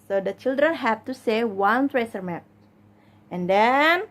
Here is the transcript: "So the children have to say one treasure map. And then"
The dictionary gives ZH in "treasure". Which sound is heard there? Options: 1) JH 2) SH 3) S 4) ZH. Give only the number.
3